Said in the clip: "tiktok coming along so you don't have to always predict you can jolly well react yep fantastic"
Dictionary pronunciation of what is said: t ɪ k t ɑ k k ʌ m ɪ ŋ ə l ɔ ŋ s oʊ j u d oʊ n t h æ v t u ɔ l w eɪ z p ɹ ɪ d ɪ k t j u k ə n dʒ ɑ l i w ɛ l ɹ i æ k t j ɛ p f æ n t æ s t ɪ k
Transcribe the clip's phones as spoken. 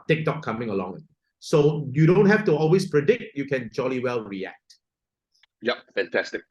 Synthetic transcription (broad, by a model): t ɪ k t ɑ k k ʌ m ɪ ŋ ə l ɔ ŋ s oʊ j u d oʊ n t h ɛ f t u ɔ l w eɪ s p ɹ ɪ d ɪ k t j u k ə n dʒ ɑ l i w ɛ l ɹ i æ k t j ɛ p f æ n t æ s t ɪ k